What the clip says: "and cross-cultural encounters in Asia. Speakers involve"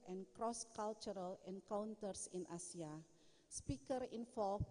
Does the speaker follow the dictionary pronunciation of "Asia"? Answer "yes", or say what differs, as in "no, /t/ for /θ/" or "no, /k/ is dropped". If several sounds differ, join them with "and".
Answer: no, /s/ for /ʒ/